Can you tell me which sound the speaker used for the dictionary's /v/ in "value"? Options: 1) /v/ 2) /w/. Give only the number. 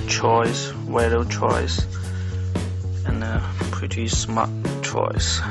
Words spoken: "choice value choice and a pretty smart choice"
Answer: 2